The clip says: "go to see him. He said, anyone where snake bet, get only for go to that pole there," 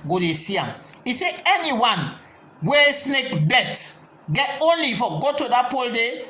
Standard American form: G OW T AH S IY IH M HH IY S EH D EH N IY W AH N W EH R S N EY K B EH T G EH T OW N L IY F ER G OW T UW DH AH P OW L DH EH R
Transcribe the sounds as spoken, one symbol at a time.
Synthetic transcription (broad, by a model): G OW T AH S IY IH M IY S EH EH N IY W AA N W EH S N EY K B EH T G EH T OW N L IY F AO G OW T UW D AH P OW L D EH